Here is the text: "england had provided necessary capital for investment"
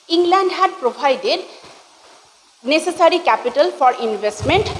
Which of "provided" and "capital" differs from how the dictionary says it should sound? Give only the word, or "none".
provided